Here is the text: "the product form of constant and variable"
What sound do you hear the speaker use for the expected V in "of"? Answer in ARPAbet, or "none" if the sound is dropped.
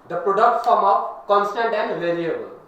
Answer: P